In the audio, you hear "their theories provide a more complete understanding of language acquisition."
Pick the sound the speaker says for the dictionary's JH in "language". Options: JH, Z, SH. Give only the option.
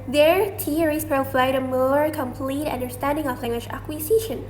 SH